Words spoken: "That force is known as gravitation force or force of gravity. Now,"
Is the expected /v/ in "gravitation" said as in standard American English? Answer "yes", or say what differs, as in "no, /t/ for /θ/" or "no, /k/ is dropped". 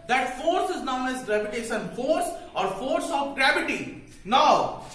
no, /p/ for /v/